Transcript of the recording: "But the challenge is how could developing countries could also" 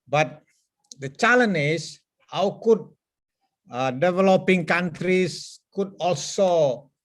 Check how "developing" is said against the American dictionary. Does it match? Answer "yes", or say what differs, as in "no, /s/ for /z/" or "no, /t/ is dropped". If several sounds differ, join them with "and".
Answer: yes